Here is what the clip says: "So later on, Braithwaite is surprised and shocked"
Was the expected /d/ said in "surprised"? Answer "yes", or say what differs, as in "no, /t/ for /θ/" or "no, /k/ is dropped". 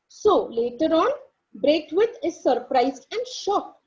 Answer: no, /d/ is dropped